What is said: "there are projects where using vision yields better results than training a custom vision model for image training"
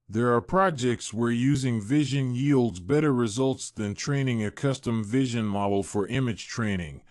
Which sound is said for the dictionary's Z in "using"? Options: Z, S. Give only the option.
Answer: Z